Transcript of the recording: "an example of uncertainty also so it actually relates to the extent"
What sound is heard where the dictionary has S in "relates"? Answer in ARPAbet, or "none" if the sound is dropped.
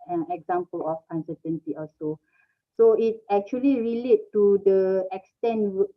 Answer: none